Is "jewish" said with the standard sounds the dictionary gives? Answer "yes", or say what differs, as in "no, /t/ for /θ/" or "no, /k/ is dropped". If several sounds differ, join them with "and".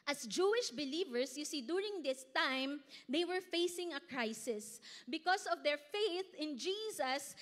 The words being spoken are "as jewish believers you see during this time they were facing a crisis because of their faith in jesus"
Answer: yes